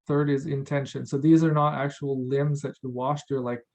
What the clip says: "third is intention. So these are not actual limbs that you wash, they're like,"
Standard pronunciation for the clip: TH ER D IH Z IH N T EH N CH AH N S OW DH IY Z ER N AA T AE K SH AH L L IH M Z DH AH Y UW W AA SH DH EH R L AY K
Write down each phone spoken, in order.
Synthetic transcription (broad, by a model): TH ER D IH Z IH N T EH N SH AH N S OW DH IY Z ER N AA T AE K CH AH L L IH M Z DH AH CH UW W AA SH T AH R L AY K